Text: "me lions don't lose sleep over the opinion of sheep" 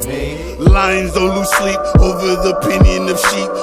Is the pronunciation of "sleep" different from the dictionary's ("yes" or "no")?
yes